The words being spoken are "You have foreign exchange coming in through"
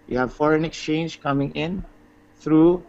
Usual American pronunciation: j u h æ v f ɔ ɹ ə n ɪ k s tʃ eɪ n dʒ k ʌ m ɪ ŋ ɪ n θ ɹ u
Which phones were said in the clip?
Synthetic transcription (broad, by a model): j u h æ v f ɔ ɹ ə n ɪ k s tʃ eɪ n dʒ k ʌ m ɪ ŋ ɪ n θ ɹ u